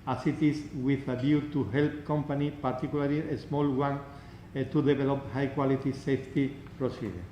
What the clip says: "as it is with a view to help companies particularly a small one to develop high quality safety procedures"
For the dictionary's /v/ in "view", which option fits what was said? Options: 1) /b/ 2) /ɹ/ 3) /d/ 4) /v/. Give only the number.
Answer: 1